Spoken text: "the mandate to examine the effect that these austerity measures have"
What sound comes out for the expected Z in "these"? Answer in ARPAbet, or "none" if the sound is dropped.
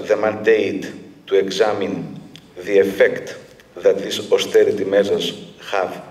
S